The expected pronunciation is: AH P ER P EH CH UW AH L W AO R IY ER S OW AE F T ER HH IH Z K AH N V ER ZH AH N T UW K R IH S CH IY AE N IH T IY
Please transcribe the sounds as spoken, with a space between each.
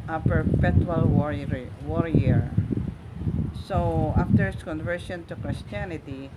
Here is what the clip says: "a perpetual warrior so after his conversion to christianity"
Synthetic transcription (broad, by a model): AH P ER P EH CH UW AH L W AO R IY ER S OW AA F T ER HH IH S K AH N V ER SH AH N T UW K R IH S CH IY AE N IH T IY